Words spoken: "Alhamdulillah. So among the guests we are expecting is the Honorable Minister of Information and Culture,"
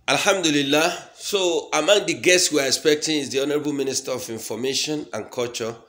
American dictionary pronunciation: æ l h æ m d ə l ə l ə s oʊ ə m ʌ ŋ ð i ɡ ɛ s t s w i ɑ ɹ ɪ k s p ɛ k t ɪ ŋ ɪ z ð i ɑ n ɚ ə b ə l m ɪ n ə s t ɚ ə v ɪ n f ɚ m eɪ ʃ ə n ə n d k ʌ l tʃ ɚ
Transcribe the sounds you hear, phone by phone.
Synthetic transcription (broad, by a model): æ l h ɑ m d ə l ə l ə s oʊ ə m ʌ ŋ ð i ɡ ɛ s t s w i ɑ ɹ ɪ k s p ɛ k t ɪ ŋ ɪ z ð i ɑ n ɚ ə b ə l m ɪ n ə s t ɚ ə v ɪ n f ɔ m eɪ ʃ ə n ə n k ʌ l tʃ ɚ